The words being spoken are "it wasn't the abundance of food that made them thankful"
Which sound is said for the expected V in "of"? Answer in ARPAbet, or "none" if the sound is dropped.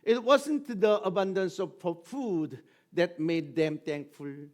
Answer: P